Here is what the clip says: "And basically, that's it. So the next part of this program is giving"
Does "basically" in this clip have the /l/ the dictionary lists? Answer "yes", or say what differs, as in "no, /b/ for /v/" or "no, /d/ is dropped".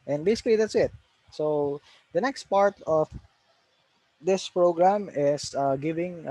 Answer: yes